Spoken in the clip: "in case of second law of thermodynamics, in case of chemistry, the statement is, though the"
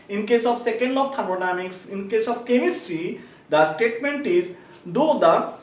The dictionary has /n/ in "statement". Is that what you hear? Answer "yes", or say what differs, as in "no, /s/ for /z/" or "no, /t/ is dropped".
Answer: yes